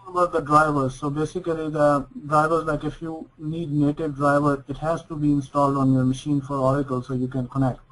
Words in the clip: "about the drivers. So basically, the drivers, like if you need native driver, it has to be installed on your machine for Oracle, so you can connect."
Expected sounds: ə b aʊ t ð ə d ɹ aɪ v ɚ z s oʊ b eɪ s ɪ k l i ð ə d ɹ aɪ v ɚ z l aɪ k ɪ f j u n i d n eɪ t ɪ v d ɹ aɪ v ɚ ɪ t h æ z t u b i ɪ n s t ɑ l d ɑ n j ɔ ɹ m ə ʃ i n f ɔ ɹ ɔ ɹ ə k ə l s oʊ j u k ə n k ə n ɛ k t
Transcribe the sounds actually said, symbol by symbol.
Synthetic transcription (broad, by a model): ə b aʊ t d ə d ɹ aɪ v ɚ z s oʊ b eɪ s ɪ k l i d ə d ɹ aɪ v ɚ z l aɪ k ɪ f j u n i d n eɪ t ɪ v d ɹ aɪ v ɚ ɪ t h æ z t u b i ɪ n s t ɑ l d ɑ n j ɔ ɹ m ə ʃ i n f ɔ ɹ ɔ ɹ ə k ə l s oʊ j u k ə n k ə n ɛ k t